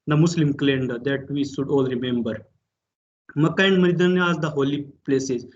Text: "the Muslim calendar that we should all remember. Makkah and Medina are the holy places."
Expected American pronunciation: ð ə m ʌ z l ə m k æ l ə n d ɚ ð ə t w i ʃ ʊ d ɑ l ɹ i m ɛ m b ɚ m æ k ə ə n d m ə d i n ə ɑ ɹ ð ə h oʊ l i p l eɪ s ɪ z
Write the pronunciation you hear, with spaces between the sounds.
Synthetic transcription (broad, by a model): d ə m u s l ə m k l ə n d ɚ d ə t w i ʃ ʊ d ɑ l ɹ i m ɛ m b ɚ m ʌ k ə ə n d m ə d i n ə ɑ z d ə h oʊ l i p l eɪ s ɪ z